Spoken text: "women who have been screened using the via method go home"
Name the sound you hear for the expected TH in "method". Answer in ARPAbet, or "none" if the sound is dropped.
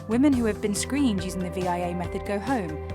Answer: TH